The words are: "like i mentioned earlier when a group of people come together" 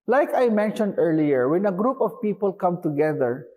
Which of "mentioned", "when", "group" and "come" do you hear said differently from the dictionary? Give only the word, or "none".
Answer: none